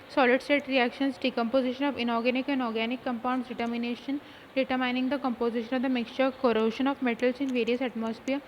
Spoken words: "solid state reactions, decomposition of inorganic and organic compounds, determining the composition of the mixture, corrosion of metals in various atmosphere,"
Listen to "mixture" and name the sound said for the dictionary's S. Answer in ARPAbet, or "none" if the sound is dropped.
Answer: S